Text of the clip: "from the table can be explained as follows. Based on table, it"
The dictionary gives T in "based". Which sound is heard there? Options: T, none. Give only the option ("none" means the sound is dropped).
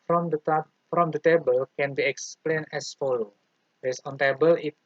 none